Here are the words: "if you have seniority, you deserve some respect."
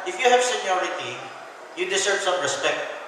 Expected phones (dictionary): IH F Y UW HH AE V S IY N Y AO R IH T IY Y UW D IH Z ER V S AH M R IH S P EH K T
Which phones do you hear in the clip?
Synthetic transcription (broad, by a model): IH F Y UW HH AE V S IY N Y AO R IH T IY Y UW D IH S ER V S AH M R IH S P EH K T